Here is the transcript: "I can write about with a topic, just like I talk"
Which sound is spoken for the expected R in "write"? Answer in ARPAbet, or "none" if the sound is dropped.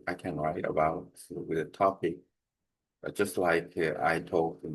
R